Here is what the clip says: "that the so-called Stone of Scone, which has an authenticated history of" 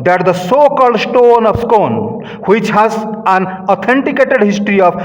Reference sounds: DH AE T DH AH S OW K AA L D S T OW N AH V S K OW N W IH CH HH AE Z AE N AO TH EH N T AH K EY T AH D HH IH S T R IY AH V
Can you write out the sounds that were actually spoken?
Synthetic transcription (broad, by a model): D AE T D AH S OW K AA L D S T OW N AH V S K OW N W IH CH HH AE Z AE N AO T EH N T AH K EY T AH D HH IH S T R IY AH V